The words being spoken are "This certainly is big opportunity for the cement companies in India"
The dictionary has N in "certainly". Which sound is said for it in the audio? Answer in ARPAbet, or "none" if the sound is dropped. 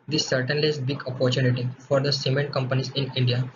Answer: N